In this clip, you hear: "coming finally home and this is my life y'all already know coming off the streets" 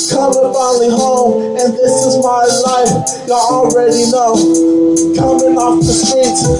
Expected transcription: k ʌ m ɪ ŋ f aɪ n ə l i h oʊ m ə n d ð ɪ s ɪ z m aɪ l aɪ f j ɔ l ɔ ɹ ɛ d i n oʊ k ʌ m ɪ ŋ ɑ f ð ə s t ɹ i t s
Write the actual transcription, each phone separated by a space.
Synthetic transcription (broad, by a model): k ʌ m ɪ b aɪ ə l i h oʊ m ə n ð ɪ s ɪ z m aɪ l aɪ f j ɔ l ɹ ɛ d i n oʊ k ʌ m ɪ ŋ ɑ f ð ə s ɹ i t